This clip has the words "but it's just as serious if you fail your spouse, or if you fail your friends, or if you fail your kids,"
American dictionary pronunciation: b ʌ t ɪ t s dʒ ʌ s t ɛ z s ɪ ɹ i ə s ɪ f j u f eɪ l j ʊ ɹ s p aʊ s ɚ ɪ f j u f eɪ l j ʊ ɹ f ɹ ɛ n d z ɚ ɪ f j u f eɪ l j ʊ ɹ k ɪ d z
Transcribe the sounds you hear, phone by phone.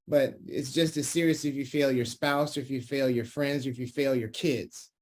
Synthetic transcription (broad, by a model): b ʌ t ɪ t s dʒ ʌ s t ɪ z s ɪ ɹ i ə s ɪ f j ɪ f eɪ l j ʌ ɹ s p aʊ s ɚ ɪ f j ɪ f eɪ l j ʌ ɹ f ɹ ɛ n d z ɚ ɪ f j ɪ f eɪ l j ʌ ɹ k ɪ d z